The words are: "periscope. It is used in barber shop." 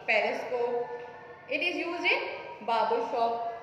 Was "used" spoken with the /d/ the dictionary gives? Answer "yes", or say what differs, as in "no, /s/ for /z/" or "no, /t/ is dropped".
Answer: no, /d/ is dropped